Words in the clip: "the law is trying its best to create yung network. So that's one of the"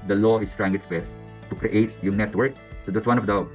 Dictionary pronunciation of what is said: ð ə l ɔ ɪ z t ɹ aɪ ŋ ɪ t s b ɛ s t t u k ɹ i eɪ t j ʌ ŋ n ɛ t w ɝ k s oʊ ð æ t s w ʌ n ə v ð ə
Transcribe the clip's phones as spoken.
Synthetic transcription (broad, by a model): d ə l ɔ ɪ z t ɹ aɪ ŋ ɪ t s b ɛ s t t u k ɹ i eɪ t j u n ɛ t w ɝ k s oʊ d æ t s w ʌ n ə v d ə